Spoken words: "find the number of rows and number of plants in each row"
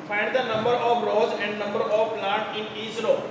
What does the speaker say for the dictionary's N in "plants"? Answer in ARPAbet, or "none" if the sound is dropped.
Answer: none